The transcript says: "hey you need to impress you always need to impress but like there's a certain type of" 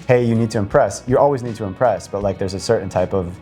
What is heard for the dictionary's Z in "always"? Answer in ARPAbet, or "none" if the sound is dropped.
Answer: Z